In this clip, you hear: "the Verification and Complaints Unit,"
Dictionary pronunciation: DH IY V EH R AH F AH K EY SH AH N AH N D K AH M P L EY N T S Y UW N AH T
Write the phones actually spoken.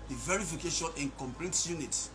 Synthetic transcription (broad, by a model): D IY V EH R AH F AH K EY SH AH N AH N K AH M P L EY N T Y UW N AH T